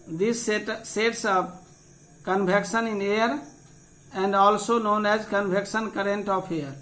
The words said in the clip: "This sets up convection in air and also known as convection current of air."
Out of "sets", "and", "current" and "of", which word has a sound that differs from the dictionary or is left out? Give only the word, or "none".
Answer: of